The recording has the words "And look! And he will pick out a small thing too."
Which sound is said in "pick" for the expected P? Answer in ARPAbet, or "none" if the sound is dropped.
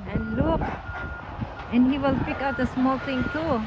P